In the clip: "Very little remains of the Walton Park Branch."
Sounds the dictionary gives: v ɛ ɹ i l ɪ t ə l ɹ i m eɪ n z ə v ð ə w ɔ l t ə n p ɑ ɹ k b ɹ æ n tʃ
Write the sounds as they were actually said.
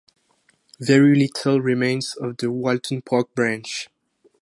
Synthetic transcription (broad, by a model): v ɛ ɹ i l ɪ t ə l ɹ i m eɪ n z ə v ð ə w ɔ l t ə n p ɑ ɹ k b ɹ æ n tʃ